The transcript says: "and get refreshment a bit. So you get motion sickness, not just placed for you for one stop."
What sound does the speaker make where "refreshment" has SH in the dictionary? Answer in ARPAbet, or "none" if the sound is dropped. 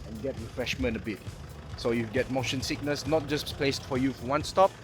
SH